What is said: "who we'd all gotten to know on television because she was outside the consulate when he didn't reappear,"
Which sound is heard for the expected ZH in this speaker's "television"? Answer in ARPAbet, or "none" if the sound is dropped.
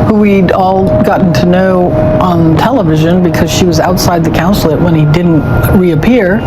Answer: ZH